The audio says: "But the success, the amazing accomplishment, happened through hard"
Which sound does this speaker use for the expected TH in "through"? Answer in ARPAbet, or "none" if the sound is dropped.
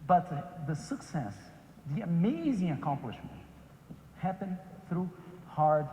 TH